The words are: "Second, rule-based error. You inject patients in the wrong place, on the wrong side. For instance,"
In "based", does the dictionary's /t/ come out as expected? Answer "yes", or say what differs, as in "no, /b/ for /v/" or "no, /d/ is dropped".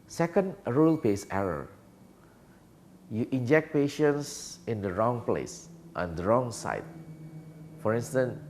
no, /t/ is dropped